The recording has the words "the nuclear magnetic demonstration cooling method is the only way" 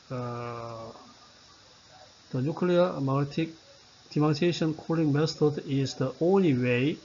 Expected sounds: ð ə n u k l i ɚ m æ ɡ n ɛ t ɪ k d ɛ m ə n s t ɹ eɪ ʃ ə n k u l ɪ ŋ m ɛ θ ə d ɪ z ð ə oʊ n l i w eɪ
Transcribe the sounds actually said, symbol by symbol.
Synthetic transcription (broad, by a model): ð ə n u k l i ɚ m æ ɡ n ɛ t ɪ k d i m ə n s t eɪ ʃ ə n k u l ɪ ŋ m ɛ t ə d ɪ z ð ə oʊ n l i w eɪ